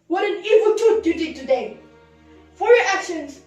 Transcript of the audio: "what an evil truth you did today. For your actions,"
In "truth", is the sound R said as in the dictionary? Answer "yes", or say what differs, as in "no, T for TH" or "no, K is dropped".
no, R is dropped